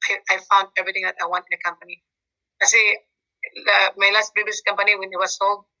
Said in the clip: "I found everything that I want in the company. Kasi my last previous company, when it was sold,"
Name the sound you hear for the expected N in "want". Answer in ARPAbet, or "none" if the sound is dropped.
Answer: N